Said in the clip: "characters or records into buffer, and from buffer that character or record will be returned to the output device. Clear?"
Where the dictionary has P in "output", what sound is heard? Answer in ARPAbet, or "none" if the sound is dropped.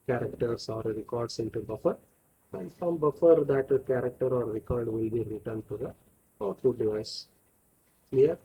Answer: none